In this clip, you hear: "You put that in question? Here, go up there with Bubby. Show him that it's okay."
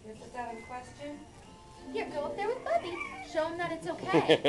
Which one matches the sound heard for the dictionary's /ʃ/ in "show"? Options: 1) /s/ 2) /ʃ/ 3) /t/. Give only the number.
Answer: 2